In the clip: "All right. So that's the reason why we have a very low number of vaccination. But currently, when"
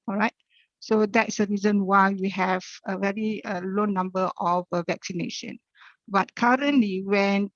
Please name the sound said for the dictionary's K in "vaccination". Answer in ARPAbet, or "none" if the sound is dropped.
K